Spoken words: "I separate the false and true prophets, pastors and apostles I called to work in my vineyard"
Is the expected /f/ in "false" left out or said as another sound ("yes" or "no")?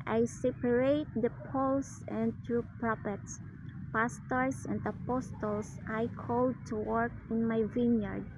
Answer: yes